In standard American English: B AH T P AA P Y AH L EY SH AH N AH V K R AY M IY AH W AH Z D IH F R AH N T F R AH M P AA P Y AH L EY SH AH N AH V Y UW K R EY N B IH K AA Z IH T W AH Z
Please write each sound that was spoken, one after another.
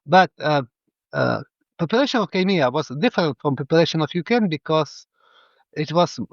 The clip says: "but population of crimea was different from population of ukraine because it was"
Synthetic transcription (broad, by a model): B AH T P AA P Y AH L EY SH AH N AH V K AY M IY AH W AH Z D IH F R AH N T F R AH M P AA P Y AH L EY SH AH N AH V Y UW K EY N B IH K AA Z IH T W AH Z